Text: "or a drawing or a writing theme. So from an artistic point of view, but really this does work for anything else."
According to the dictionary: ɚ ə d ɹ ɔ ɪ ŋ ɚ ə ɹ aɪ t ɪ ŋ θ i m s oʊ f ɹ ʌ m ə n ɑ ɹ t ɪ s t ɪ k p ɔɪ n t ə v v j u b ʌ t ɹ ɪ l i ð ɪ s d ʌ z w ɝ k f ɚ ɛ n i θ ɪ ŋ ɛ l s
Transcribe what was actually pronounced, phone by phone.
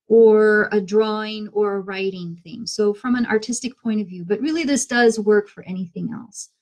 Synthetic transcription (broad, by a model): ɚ ə d ɹ ɔ ɪ ŋ ɚ ə ɹ aɪ t ɪ ŋ θ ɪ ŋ s oʊ f ɹ ʌ m ə n ɑ ɹ t ɪ s t ɪ k p ɔɪ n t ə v v j u b ʌ t ɹ ɪ l i ð ɪ s d ʌ z w ɝ k f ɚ ɛ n i θ ɪ ŋ ɛ l s